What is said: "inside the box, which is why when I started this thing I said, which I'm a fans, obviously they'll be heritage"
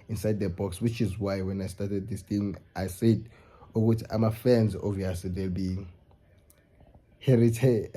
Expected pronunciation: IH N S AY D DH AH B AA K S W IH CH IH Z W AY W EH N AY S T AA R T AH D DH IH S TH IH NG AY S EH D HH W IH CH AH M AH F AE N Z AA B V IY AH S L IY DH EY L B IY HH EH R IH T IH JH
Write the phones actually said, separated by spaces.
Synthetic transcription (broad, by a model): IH N S AY D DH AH B AA K S W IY CH IH Z W AY W EH N AY S T AA T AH D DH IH S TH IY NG AY S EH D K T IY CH AH M AH F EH N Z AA V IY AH S L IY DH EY L B IY HH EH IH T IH